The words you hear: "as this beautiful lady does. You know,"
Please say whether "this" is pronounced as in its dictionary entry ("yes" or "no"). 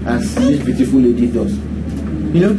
no